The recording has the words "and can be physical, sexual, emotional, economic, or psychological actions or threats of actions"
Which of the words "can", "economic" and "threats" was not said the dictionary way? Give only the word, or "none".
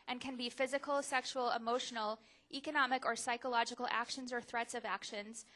none